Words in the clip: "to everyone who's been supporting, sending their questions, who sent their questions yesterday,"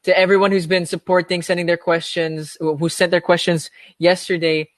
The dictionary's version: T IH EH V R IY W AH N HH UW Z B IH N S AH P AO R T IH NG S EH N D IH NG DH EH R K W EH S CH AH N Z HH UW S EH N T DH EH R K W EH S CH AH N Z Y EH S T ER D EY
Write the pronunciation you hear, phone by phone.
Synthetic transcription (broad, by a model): T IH EH V R IY W AH N HH UW Z B IH N S AH P AO R T IH NG S EH N D IH NG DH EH R K W EH S CH AH N Z HH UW S EH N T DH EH R K W EH S CH AH N Z Y EH S T ER D EY